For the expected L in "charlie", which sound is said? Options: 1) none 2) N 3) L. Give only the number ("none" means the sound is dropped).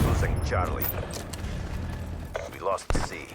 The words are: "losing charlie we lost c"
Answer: 3